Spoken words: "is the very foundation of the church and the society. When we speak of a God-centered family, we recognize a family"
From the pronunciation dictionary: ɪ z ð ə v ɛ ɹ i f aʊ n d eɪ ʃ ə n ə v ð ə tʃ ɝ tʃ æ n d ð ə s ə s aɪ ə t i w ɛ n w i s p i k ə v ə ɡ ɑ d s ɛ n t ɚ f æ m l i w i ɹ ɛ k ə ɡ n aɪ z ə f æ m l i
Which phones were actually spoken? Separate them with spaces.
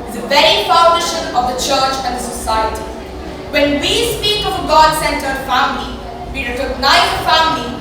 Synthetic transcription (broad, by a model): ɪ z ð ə v ɛ ɹ i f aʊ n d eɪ ʃ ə n ə v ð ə tʃ ɝ tʃ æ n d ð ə s ə s aɪ ə t i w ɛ n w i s p i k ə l ə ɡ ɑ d s ɛ n t ɚ f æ m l i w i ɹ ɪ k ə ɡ n aɪ ə f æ m l i